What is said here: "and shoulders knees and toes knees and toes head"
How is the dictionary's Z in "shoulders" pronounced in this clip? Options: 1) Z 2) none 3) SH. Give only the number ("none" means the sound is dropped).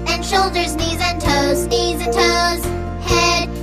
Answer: 1